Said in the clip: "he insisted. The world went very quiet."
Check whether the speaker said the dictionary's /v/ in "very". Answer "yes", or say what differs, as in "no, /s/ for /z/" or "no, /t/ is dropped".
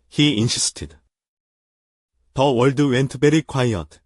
no, /b/ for /v/